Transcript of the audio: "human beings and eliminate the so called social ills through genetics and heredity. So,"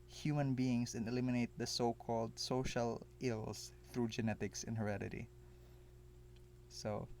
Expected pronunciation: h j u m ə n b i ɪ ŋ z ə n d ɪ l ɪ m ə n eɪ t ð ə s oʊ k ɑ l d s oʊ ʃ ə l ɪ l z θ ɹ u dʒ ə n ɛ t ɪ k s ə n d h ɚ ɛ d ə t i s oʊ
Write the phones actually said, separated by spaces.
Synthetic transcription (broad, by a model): h j u m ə n b i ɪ ŋ s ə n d ɪ l ɪ m ə n eɪ t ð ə s oʊ k ɑ l d s oʊ ʃ ə l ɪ l s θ ɹ u dʒ ə n ɛ t ɪ k s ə n h ɚ ɛ d ə t i s oʊ